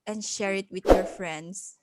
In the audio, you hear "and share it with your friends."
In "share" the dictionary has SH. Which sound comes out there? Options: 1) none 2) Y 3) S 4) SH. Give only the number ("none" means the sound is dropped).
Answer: 4